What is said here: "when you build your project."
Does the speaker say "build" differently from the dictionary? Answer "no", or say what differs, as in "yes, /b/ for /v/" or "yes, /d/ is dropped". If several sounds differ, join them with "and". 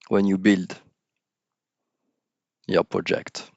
no